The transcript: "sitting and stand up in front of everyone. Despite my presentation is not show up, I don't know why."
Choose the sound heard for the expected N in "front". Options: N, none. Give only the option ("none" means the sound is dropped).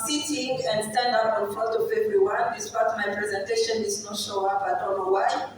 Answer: none